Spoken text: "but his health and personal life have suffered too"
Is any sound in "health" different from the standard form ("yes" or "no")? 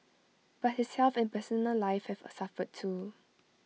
yes